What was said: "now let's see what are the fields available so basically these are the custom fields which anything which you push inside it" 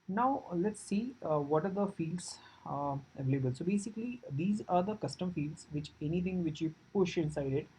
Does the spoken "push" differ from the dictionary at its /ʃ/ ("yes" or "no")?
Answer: no